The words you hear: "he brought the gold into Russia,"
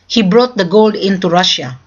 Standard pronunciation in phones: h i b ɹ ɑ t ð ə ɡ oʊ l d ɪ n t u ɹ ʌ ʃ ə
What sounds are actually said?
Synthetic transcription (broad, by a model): h i b ɹ ɑ t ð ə ɡ oʊ l d ɪ n t u ɹ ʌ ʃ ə